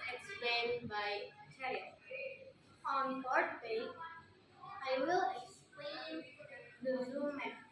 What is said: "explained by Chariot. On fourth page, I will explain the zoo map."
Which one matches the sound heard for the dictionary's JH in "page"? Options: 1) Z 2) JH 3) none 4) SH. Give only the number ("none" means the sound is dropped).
3